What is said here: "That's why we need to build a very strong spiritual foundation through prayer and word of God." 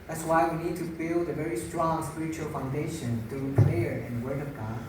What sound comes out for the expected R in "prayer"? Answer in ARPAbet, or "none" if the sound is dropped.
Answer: L